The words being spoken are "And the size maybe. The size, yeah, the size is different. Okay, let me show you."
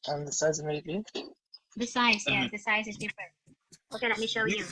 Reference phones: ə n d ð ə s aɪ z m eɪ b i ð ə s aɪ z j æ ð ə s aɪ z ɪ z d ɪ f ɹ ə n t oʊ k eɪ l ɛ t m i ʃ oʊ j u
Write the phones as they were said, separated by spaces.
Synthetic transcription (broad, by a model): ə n ð ə s aɪ z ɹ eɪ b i ð ə s aɪ z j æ ð ə s aɪ z ɪ z d ɪ f ɹ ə n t oʊ k eɪ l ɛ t m i ʃ oʊ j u